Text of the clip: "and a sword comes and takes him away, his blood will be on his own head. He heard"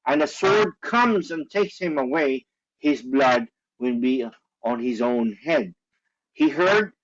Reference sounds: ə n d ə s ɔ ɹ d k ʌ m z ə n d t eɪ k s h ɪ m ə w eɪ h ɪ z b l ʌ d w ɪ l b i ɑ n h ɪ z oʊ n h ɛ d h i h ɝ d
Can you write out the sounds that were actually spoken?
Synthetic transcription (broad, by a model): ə n ə s ɔ ɹ d k ʌ m z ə n t eɪ k s h ɪ m ə w eɪ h ɪ z b l ʌ d w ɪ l b i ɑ n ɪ z oʊ n h ɛ d h i h ɝ d